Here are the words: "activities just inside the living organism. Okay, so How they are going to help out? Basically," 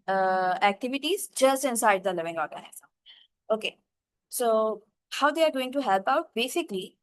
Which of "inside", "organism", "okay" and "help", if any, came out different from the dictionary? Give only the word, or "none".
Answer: organism